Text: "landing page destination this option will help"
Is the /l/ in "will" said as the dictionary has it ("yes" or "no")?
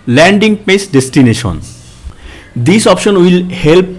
yes